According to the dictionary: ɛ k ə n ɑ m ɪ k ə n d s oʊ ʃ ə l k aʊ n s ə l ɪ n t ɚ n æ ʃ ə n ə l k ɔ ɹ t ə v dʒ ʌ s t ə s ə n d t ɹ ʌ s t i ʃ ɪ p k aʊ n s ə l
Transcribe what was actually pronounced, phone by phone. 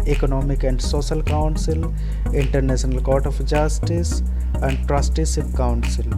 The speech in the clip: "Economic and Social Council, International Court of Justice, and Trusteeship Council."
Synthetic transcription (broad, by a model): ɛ k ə n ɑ m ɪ k ə n d s oʊ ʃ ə l k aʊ n s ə l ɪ n t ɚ n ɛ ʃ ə n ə l k ɔ ɹ t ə f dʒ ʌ s t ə s ə n d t ɹ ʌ s t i s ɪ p k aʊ n s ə l